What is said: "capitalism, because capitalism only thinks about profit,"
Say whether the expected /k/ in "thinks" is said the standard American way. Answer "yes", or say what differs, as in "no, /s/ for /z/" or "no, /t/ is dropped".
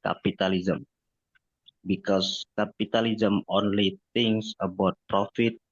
no, /k/ is dropped